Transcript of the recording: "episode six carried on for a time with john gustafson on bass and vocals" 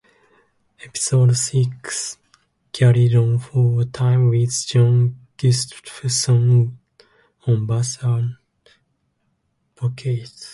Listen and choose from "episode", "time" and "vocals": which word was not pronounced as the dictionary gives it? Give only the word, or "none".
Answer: vocals